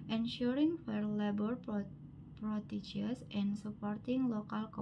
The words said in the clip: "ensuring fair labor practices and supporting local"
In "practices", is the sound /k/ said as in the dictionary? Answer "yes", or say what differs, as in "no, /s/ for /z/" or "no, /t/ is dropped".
no, /k/ is dropped